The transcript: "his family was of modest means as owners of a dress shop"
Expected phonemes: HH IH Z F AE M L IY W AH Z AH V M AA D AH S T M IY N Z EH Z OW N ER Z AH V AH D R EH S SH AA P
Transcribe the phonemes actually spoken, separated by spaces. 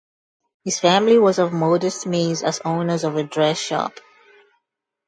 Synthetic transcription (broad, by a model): HH IH Z F AE M L IY W AH Z AH V M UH D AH S T M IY Z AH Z OW N ER Z AH V AH D R EH S SH AA P